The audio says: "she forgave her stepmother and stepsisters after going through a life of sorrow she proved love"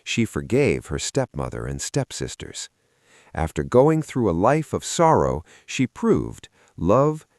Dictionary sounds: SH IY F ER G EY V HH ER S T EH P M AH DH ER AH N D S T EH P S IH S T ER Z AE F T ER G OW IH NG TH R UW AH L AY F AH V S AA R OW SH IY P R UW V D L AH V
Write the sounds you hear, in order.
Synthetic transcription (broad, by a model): SH IY F ER G EY V HH ER S T EH P M AH DH ER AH N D S T EH P S IH S T ER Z AE F T ER G OW IH NG TH R UW AH L AY F AH V S AA R OW SH IY P R UW V D L AH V